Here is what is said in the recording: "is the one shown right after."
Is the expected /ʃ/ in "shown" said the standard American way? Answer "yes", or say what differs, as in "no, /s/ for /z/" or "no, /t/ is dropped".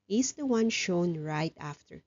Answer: yes